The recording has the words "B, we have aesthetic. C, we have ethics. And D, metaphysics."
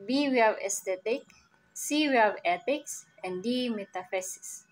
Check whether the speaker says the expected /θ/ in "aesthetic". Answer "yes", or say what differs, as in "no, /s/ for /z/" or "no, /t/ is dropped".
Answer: no, /t/ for /θ/